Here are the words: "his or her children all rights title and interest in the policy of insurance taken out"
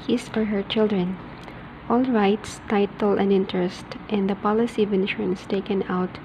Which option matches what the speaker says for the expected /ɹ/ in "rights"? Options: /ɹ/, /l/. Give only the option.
/ɹ/